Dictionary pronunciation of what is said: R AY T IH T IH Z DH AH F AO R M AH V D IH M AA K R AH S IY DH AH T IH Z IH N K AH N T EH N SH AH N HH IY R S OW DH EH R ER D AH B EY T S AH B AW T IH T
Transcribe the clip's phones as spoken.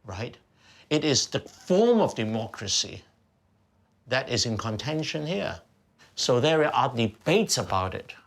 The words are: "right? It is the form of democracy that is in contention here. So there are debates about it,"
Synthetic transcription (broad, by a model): R AY T IH T IH Z DH AH F AO R M AH V D IH M AA K R AH S IY DH AH T IH Z IH N K AH N T EH N SH AH N HH IY R S OW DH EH R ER D AH B EY T S AH B AW T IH T